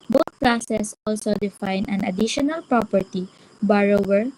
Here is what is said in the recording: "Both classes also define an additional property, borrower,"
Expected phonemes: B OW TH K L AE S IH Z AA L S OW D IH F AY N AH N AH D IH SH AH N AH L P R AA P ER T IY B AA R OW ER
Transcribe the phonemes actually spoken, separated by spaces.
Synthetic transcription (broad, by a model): B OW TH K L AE S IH S AA L S OW D IH F AY N AH N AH D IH SH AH N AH L P R AA P ER T IY B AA R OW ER